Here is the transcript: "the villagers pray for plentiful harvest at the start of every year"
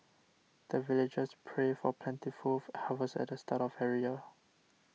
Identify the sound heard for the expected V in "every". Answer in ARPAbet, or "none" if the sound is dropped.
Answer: none